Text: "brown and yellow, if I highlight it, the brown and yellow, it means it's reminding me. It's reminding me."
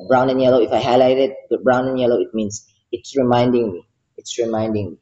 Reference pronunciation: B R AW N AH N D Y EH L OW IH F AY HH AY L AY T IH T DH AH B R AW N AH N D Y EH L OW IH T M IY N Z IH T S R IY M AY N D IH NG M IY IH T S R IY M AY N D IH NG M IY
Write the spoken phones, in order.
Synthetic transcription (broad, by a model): B R AW N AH N Y EH L OW IH F AY HH AY L AY T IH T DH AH B R AW N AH N Y EH L OW IH T M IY N S IH T S R IY M AY N D IH NG M IY IH T S R IY M AY N D IH NG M IY